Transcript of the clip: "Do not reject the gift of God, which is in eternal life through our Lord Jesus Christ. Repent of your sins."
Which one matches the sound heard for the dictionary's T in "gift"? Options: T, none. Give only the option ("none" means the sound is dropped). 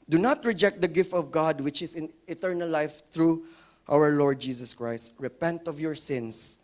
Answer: T